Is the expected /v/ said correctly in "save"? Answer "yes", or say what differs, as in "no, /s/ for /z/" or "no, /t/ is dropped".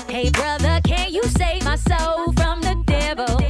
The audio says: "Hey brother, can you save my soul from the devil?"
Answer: yes